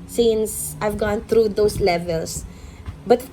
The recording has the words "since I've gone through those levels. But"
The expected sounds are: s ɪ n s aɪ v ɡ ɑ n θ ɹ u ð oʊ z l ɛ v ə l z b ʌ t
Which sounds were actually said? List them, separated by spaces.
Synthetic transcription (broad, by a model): s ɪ n s aɪ v ɡ ɑ n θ ɹ u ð oʊ s l ɛ v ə l s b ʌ t